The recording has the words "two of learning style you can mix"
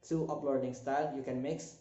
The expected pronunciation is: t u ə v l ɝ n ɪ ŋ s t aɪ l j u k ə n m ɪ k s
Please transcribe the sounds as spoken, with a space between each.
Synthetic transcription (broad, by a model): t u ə p l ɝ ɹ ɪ ŋ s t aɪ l j u k ə n m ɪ k s